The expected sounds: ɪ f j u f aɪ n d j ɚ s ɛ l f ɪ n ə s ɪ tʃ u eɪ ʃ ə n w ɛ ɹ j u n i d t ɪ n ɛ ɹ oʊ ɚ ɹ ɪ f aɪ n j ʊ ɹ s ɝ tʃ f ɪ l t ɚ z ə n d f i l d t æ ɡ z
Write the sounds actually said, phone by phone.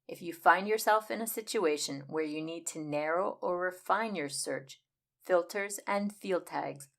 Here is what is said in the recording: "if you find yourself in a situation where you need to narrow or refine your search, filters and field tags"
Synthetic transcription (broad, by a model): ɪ f j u f aɪ n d j ɚ s ɛ l f ɪ n ə s ɪ tʃ u eɪ ʃ ə n w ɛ ɹ j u n i d t ɪ n ɛ ɹ oʊ ɚ ɹ ɪ f aɪ n j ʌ ɹ s ɝ tʃ f ɪ l t ɚ z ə n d f i l d t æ ɡ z